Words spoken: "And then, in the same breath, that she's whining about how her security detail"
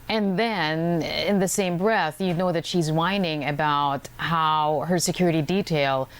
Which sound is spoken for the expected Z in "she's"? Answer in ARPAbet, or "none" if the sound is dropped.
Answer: Z